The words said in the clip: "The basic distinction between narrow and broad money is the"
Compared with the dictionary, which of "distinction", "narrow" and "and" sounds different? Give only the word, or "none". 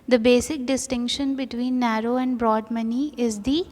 none